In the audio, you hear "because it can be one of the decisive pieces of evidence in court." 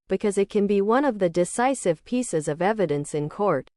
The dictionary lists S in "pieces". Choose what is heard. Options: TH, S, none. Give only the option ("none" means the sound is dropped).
S